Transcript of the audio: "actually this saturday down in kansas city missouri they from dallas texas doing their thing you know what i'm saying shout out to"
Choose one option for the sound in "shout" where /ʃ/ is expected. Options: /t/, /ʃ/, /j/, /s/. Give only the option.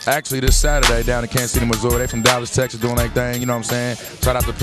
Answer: /s/